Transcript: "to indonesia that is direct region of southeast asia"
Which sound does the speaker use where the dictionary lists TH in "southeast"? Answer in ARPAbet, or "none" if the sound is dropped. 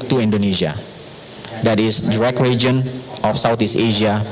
T